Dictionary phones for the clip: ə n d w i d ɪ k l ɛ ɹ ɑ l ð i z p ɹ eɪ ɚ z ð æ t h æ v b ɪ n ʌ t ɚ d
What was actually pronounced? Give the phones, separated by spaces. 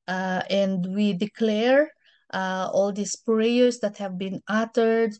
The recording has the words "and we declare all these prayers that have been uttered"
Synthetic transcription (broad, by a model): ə n d w i d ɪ k l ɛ ɹ ɑ l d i s p ɹ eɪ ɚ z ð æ t h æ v b ɪ n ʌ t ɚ d